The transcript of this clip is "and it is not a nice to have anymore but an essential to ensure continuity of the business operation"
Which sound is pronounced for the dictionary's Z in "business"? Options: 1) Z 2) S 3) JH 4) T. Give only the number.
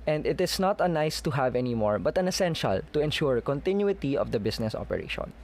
2